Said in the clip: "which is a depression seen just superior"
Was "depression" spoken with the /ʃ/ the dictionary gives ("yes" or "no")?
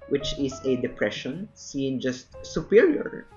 yes